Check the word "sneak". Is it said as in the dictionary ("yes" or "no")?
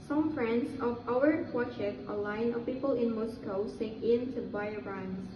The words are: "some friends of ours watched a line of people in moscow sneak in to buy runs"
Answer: no